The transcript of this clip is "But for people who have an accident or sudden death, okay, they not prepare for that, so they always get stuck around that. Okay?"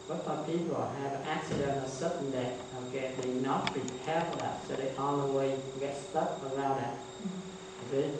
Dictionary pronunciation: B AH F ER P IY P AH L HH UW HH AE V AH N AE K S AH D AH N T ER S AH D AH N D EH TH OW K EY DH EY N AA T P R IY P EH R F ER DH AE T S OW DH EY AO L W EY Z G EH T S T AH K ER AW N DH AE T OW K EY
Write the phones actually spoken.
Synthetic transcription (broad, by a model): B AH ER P IY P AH L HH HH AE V AH N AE K S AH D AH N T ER S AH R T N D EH T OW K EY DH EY N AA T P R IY P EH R F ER DH AE T S OW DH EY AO N W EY G EH T S T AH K ER AW N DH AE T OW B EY